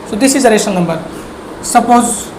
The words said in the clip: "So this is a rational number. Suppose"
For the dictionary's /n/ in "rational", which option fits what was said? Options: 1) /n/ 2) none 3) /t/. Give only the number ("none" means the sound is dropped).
2